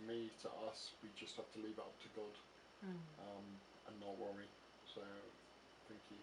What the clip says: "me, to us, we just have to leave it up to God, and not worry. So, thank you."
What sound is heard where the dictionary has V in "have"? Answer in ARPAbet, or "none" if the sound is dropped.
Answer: F